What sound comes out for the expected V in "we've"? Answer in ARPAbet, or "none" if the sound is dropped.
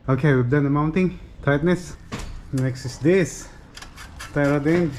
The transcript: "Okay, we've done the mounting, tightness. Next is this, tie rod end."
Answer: B